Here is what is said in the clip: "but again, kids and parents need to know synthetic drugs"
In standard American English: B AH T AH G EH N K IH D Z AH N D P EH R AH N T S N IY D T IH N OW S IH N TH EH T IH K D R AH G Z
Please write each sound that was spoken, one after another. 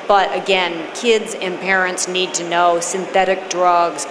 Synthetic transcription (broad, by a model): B AH T AH G EH N K IH D Z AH N P EH R AH N T S N IY D T IH N OW S IH N TH EH T IH K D R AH G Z